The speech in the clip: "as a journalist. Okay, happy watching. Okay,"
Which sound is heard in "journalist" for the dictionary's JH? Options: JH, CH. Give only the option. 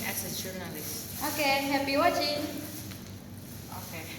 CH